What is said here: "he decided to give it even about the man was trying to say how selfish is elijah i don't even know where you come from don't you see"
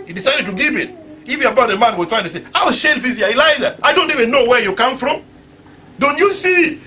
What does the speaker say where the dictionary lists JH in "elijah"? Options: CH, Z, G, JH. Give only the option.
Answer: Z